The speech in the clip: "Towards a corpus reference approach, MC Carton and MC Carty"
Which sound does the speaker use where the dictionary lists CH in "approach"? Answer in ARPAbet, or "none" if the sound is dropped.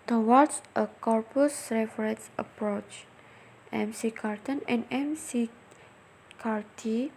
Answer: CH